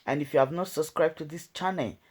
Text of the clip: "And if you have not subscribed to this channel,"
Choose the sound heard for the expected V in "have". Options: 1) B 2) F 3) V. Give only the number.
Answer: 3